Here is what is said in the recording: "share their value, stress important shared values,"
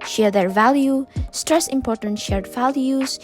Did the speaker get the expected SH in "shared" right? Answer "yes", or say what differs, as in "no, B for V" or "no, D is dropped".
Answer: yes